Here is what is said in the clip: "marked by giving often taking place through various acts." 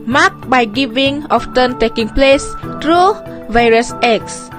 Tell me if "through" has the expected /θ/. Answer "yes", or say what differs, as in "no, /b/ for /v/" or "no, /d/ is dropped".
no, /t/ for /θ/